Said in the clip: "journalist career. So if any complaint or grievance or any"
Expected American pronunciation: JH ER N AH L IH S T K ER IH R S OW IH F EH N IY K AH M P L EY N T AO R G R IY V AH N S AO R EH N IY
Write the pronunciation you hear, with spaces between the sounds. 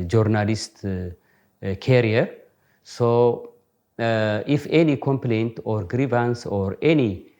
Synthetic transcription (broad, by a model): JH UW N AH L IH S T K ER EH R S OW IH F EH N IY K AH M P L EY N T AO R G R IY V AH N S AO R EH N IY